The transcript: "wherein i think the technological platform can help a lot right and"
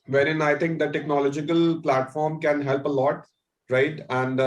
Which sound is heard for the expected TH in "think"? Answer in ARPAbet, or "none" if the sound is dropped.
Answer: T